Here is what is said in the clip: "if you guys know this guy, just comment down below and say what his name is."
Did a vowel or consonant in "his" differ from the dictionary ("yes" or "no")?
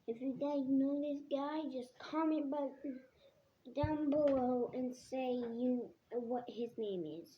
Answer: no